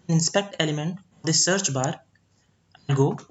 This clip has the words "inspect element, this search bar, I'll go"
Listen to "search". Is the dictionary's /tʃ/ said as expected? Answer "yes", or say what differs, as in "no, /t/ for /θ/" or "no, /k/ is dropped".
yes